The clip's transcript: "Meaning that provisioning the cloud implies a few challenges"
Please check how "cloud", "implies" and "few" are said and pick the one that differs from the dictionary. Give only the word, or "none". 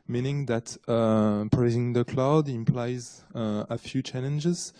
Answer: none